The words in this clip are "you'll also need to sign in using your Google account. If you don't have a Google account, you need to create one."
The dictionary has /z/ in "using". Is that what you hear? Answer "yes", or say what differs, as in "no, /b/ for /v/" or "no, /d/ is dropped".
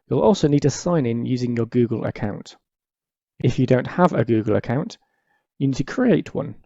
yes